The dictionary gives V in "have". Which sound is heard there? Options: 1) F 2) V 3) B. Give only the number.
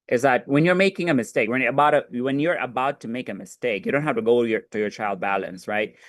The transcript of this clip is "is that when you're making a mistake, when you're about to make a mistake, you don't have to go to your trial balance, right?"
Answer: 1